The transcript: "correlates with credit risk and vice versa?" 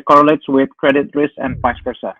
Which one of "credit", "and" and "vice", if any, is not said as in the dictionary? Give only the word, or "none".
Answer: vice